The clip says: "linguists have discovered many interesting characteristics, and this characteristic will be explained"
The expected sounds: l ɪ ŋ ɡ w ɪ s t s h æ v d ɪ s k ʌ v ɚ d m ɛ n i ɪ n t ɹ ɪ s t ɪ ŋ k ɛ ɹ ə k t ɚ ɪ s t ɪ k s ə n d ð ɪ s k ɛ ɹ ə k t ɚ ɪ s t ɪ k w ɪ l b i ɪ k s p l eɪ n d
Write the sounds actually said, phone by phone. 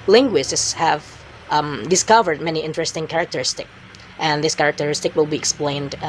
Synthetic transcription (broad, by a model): l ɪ ŋ ɡ w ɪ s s h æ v d ɪ s k ʌ v ɚ d m ɛ n i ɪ n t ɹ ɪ s t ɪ ŋ k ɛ ɹ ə k t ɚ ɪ s t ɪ k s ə n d ð ɪ s k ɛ ɹ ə k t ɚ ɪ s t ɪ k w ɪ l b i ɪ k s p l eɪ n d